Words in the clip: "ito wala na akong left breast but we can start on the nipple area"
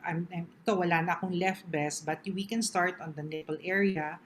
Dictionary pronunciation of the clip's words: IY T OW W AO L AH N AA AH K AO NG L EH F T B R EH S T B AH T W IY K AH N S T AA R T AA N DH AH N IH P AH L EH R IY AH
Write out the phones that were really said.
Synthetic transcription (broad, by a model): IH T OW W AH L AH N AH AH K AO NG L EH F T B EH S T B AH T W IY K AH N S T AA R T AA N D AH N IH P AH L EH R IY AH